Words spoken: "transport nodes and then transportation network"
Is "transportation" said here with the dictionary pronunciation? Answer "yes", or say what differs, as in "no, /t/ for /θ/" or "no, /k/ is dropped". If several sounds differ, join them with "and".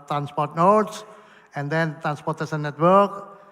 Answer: no, /s/ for /ʃ/